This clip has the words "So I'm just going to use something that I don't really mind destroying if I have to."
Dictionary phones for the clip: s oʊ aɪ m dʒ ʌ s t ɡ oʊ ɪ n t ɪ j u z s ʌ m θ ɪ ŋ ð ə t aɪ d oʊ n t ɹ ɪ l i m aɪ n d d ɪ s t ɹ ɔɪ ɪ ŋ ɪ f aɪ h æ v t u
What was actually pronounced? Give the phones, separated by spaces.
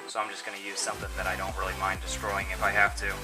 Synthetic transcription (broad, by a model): s oʊ aɪ m dʒ ʌ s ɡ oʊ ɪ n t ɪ j u z s ʌ m θ ɪ ŋ ð ə t aɪ d oʊ n t ɹ ɪ l i m aɪ n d d ɪ s t ɹ ɔɪ ɪ ŋ ɪ f aɪ h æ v t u